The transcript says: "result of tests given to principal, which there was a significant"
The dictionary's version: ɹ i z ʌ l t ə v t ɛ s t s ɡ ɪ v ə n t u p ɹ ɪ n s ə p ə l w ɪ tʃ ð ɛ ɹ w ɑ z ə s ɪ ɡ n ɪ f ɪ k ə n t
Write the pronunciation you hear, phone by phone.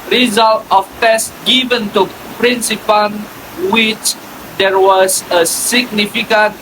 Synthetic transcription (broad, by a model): ɹ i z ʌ l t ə f t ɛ s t ɡ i v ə n t u p ɹ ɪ n s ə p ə n w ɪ tʃ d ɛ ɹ w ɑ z ə s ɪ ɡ n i f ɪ k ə n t